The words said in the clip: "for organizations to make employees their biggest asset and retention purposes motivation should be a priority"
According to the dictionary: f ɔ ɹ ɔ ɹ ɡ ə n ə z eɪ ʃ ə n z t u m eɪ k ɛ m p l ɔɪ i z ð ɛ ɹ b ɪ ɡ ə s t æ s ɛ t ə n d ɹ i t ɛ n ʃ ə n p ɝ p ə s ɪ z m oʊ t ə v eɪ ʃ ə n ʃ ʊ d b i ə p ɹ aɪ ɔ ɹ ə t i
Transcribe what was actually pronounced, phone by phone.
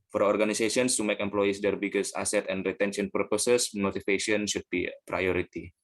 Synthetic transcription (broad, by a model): f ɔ ɹ ɔ ɹ ɡ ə n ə s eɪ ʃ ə n s t u m eɪ k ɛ m p l ɔɪ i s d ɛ ɹ b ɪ ɡ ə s ɑ s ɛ t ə n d ɹ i t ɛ n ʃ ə n p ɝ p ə s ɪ s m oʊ t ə f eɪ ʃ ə n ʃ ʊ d b i p ɹ aɪ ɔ ɹ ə t i